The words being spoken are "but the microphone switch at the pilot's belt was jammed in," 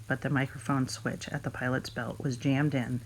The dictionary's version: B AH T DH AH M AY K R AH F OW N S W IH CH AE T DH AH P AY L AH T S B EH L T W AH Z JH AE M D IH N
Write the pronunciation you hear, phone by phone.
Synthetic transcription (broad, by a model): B AH T DH AH M AY K R AH F OW N S W IH CH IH T DH AH P AY L AH T S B EH L T W AH Z JH AE M D IH N